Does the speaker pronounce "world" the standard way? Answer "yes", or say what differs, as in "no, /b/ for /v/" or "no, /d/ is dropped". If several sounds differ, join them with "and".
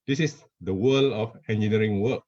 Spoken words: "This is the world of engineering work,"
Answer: no, /d/ is dropped